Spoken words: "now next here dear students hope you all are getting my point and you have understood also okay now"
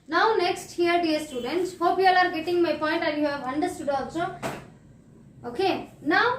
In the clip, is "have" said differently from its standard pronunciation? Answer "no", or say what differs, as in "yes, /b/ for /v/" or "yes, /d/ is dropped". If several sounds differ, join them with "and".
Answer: yes, /b/ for /v/